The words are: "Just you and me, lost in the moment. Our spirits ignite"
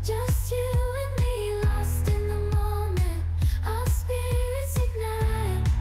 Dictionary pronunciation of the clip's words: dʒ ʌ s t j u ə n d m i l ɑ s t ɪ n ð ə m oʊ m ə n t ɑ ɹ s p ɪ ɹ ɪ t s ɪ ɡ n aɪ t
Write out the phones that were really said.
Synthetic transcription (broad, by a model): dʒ ʌ s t j u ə n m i l ɑ s t ɪ n ð ə m oʊ m ə n t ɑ l s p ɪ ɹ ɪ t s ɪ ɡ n aɪ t